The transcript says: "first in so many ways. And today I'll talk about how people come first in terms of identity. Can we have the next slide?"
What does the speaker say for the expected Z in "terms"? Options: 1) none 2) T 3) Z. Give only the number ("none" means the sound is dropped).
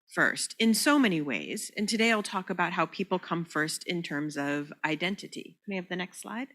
3